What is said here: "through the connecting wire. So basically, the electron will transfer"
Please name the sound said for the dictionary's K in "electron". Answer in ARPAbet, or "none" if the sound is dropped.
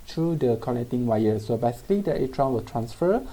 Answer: none